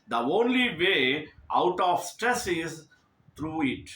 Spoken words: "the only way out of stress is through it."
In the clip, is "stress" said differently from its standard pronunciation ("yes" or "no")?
no